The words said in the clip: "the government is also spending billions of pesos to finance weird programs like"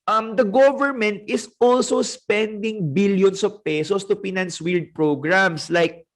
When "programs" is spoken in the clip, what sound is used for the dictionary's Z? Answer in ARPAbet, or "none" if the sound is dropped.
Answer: S